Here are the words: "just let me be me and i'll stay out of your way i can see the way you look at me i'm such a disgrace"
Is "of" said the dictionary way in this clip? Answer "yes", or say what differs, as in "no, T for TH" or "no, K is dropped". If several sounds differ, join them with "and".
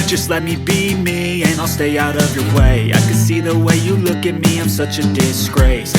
yes